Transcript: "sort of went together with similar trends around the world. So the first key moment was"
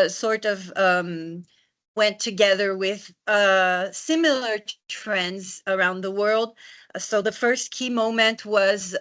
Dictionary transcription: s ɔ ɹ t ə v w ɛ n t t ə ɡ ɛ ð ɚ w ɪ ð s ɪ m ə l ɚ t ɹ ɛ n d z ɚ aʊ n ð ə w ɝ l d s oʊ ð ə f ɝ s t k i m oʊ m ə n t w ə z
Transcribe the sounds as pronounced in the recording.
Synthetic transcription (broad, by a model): s ɔ ɹ t ə v w ɛ n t t ə ɡ ɛ ð ɚ w ɪ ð s ɪ m l ɚ t ɹ ɛ n d z ɚ aʊ n ð ə w ɝ l d s oʊ ð ə f ɝ s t k i m oʊ m ə n t w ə z